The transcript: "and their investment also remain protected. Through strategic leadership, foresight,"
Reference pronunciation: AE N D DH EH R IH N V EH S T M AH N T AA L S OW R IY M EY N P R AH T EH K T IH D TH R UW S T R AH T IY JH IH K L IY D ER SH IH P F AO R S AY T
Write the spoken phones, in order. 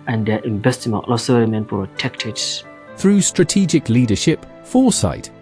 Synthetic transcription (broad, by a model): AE N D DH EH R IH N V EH S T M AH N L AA S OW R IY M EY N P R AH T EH K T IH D TH R UW S T R AH T IY JH IH K L IY D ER SH IH P F AO S AY T